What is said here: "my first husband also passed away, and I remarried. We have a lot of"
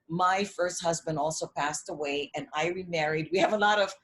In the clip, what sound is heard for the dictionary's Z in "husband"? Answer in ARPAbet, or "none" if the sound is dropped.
Z